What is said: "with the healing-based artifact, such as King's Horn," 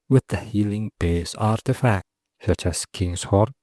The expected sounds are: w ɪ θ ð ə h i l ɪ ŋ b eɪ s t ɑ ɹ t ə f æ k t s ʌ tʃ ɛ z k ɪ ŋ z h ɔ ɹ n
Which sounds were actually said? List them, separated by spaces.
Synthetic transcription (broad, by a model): w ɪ ð ə h i l ɪ ŋ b eɪ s ɑ ɹ t ə f æ k t s ʌ tʃ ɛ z k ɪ ŋ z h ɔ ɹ